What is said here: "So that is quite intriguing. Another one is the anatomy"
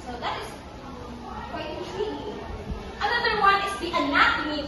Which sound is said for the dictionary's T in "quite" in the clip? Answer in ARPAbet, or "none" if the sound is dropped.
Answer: none